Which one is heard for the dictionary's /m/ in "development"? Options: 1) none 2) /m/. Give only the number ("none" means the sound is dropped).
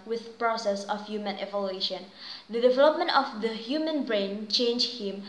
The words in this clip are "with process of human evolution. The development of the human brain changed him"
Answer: 2